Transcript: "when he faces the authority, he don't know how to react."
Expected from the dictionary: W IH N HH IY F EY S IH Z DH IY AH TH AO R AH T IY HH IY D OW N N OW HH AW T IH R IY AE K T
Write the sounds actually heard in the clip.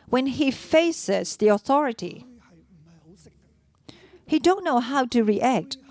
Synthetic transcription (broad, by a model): W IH N IY F EY S IH Z DH IY AH TH AO R AH T IY HH IY D OW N N OW HH AW T IH R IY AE K T